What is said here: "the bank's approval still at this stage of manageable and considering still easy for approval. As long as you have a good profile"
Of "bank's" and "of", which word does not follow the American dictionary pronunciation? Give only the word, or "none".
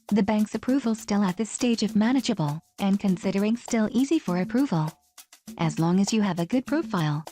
none